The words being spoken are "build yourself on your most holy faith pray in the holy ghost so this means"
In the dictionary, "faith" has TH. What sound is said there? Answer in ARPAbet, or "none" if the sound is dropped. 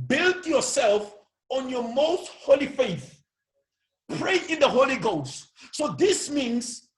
TH